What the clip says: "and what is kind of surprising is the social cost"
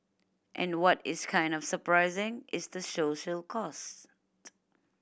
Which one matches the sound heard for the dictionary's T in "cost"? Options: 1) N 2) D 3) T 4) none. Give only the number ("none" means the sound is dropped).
3